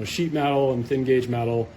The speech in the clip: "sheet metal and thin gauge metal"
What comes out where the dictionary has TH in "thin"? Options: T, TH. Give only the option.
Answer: TH